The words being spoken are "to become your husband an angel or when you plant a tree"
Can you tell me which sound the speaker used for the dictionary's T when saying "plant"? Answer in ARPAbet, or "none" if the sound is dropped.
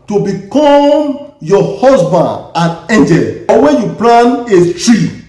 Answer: none